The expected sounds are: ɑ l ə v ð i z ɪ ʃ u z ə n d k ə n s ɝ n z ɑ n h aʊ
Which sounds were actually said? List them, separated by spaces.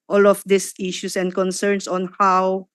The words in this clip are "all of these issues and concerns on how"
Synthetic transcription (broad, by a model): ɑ l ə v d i s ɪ ʃ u s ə n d k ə n s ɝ n s ɑ n h aʊ